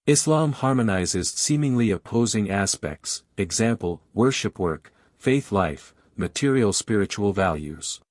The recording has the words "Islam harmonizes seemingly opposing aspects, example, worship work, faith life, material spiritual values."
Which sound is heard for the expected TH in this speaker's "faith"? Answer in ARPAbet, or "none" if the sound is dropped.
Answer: TH